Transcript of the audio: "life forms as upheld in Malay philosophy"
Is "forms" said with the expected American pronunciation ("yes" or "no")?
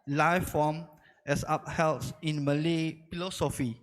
no